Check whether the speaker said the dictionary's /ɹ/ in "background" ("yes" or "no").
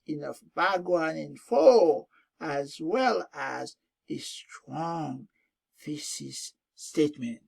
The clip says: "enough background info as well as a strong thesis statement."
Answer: no